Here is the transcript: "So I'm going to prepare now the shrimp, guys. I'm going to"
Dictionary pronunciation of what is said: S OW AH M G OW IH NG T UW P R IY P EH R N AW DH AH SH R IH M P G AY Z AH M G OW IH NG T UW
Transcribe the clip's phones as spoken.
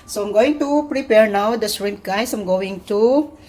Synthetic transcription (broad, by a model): S OW AH M G OW IH NG T UW P R IY P EH R N AW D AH S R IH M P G AY S AH M G OW IH NG T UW